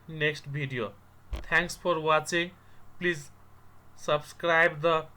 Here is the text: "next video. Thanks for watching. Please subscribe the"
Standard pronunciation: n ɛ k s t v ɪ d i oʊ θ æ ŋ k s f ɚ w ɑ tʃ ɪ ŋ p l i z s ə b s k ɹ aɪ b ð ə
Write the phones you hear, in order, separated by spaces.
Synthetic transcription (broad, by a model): n ɛ k s t b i d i oʊ t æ ŋ k s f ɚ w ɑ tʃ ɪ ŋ p l i z s ə b s k ɹ aɪ b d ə